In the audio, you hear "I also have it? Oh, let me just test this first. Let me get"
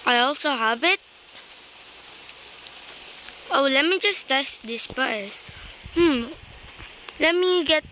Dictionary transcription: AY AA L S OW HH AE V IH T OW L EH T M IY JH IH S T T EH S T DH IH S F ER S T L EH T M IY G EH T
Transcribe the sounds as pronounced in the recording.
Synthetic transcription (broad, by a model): AY AA L S OW HH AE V IH T OW L EH T M IY JH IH S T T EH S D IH S P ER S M L EH T M IY G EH T